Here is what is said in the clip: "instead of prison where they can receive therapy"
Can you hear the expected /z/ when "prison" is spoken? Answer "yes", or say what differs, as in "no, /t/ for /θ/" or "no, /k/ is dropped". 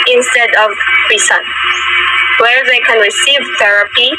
no, /s/ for /z/